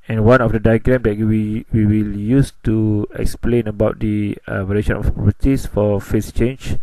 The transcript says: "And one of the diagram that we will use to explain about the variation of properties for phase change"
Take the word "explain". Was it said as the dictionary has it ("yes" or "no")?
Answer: yes